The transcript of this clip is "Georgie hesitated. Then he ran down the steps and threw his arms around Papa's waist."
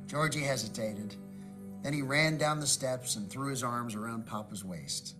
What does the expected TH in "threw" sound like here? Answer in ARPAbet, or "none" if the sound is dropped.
TH